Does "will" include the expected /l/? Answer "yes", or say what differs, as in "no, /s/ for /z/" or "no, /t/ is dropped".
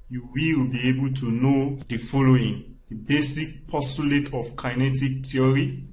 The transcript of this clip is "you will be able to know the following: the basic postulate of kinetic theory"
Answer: no, /w/ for /l/